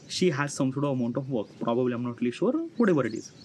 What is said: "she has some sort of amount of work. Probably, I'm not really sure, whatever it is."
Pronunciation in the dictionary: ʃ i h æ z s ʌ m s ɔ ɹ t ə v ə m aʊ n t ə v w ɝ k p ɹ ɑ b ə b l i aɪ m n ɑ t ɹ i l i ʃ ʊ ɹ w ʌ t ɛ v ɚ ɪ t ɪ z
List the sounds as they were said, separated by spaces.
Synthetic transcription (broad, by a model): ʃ i h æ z s ʌ m s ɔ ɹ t ə v ə m aʊ n t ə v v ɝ k p ɹ ɑ b ə b l i aɪ m n ɑ t l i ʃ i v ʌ ɹ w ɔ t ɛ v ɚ ɪ t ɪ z